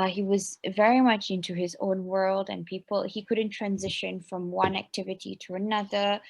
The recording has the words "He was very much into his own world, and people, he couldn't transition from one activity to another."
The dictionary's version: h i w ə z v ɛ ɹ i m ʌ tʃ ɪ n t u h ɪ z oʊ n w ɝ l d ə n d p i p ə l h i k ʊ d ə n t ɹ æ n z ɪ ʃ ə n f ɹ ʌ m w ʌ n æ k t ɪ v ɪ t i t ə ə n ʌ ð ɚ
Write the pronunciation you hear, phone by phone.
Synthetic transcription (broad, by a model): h i w ə z v ɛ ɹ i m ʌ tʃ ɪ n t u ɪ z oʊ n w ɝ l d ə n p i p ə l h i k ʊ d n t ɹ æ n z ɪ ʃ ə n f ɹ ʌ m w ʌ n æ k t ɪ v ɪ t i t ə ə n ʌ ð ɚ